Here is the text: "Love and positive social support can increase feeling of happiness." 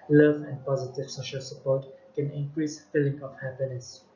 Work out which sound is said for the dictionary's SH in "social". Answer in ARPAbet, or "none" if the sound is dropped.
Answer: SH